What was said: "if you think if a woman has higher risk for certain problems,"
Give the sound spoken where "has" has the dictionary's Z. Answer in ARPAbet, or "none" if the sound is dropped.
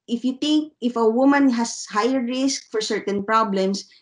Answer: S